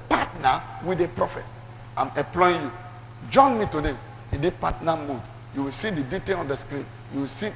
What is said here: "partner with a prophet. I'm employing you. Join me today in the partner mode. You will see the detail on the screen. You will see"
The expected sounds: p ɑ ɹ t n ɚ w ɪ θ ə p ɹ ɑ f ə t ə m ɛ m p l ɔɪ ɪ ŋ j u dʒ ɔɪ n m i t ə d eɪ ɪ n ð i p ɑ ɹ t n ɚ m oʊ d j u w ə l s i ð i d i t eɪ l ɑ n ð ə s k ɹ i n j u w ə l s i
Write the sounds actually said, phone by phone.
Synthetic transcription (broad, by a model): p ɑ t n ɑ w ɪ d ə p ɹ ɑ f ə t ə m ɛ p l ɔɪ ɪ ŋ j u dʒ ɔɪ n m i t ə d eɪ ɪ n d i p ɑ t n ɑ m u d j u w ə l s i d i d i t eɪ l ɑ n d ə s k ɹ i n j u w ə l s i